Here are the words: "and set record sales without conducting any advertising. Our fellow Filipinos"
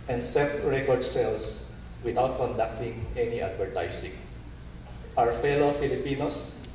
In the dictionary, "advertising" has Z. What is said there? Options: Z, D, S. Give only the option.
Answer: S